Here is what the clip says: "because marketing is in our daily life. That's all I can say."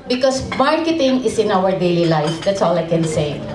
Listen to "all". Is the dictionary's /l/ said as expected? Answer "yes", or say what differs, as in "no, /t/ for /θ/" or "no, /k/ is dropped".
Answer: yes